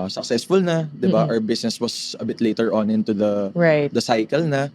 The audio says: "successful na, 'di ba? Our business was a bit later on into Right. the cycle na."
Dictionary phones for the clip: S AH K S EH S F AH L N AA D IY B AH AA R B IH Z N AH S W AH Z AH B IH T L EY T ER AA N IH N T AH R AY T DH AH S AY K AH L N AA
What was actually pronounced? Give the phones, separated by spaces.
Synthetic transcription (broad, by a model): S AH K S EH S F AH L N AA D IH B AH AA W B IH S N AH S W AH S AH B IH T L EY T ER AA N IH N T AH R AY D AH S AY K AH L N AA